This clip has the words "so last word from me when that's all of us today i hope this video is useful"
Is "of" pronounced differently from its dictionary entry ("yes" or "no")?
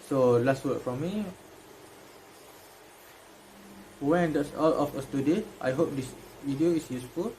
yes